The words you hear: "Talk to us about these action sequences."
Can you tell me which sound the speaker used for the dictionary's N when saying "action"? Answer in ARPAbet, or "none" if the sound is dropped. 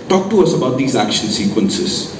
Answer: L